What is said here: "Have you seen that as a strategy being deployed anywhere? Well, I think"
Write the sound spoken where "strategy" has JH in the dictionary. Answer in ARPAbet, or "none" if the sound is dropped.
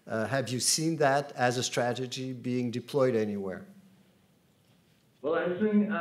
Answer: JH